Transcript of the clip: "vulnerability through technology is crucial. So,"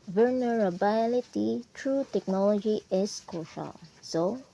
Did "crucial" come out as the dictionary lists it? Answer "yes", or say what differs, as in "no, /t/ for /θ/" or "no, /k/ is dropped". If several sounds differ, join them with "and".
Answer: no, /ɹ/ is dropped